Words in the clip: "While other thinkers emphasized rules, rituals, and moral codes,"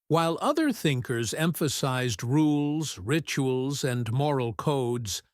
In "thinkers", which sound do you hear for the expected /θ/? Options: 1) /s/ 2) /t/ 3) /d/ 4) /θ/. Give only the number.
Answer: 4